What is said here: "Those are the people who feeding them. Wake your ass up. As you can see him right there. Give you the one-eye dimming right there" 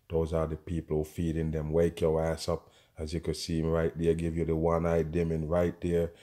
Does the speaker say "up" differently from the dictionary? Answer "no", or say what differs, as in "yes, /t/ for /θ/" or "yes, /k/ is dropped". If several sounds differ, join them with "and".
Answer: no